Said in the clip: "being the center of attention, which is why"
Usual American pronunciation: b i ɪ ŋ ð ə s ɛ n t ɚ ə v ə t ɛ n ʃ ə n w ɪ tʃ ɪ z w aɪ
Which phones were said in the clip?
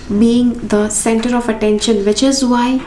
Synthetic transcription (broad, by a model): b i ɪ ŋ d ə s ɛ n t ɚ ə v ə t ɛ n ʃ ə n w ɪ tʃ ɪ z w aɪ